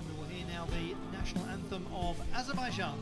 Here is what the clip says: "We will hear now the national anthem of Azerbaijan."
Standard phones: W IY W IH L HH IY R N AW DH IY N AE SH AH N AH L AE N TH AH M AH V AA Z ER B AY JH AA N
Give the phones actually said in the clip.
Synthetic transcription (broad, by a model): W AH W IH L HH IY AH N AW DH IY N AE SH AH N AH L AE N TH AH M AH V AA Z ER B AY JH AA N